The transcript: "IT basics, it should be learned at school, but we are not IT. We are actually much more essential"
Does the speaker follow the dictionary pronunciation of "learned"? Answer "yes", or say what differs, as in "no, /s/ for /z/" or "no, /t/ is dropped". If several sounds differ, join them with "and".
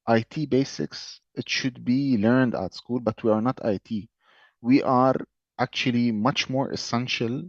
yes